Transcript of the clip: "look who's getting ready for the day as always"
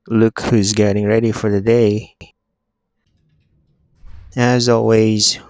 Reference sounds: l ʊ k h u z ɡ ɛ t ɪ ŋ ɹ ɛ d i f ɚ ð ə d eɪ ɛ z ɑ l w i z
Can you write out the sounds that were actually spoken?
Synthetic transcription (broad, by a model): l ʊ k h u z ɡ ɛ t ɪ ŋ ɹ ɛ d i f ɚ ð ə d eɪ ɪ z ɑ l w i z